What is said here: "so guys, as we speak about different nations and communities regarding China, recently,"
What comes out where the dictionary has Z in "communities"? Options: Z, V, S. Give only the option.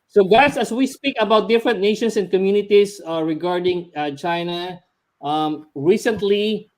S